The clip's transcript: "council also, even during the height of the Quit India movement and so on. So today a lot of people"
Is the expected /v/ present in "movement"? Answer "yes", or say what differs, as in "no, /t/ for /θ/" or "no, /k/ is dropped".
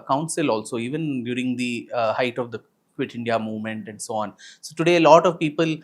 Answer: yes